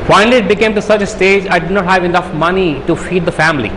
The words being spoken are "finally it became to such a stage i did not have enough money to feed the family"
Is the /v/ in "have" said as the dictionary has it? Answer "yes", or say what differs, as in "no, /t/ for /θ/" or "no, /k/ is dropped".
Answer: yes